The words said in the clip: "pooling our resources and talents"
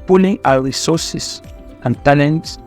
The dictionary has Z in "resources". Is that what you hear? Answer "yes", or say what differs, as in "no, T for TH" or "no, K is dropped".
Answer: no, S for Z